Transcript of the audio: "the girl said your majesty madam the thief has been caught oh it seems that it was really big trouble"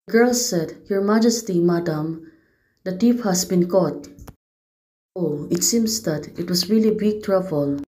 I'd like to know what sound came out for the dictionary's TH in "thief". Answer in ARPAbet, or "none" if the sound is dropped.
T